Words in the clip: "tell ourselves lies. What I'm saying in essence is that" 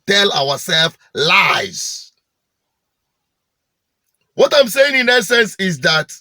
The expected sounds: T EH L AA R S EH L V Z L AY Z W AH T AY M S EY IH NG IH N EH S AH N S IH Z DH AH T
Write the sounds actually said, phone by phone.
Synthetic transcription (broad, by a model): T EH L AA W S EH L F L AY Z W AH T AY M S EY IH NG IH N EH S AH N S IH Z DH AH T